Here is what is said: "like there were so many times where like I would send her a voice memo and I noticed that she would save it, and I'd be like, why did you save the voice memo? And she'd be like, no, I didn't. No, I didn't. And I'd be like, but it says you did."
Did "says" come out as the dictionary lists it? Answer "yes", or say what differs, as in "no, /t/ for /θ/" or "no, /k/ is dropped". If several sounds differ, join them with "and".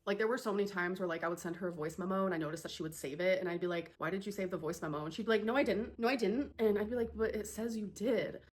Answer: yes